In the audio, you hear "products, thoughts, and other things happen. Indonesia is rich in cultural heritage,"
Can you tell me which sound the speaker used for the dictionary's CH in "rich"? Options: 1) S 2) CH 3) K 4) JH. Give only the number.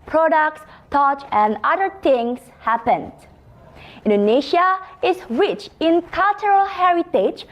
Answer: 2